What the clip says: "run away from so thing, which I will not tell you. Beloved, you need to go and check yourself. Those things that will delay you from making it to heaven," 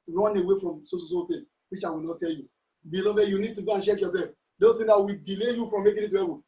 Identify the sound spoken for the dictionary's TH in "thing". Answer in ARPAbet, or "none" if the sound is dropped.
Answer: S